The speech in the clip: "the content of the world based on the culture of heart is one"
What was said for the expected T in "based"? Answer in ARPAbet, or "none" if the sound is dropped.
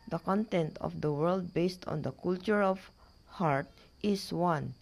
T